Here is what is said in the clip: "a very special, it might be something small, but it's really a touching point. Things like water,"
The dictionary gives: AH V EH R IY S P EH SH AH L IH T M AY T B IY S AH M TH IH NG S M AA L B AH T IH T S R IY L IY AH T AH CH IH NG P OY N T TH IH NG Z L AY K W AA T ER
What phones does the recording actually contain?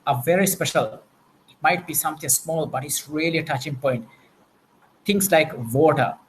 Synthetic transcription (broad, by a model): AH V EH R IY S P EH SH AH L IH T M AY T B IY S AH M T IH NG S M AA L B AH T IH T S R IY L IY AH T AH CH IH NG P OY N T T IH NG S L AY K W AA T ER